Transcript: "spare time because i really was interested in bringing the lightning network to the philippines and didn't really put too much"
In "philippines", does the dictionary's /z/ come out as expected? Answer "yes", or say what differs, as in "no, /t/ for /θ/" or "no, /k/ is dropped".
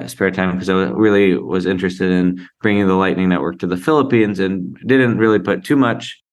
yes